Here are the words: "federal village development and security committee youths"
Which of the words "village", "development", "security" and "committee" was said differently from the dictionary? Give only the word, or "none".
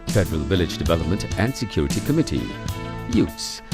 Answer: none